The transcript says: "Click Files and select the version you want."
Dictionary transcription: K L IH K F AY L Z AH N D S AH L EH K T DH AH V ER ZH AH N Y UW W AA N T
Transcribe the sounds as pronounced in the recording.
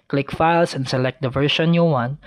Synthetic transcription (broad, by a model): K L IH K F AY L S AH N D S AH L EH K T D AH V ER SH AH N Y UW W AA N